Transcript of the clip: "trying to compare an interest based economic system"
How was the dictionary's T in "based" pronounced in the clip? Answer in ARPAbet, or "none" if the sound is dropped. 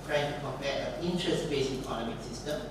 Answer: none